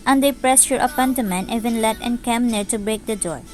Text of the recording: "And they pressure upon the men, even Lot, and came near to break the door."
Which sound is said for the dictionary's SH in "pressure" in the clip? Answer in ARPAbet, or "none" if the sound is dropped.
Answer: S